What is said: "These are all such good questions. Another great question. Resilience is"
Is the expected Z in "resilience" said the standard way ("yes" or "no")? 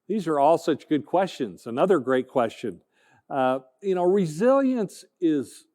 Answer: yes